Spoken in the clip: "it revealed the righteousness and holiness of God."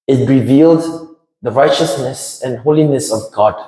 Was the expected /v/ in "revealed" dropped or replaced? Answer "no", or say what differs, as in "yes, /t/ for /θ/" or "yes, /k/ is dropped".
no